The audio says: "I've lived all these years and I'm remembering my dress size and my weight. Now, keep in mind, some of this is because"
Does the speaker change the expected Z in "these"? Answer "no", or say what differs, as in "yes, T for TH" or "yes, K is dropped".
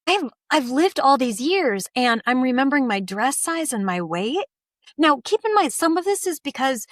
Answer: no